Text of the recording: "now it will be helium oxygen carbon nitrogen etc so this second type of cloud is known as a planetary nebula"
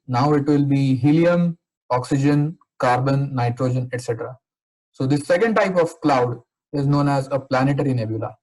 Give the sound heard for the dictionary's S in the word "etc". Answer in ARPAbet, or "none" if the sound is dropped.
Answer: S